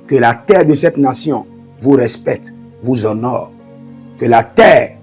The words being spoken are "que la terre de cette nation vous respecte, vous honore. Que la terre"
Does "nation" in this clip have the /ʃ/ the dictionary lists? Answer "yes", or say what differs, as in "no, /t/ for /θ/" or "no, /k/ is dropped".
no, /s/ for /ʃ/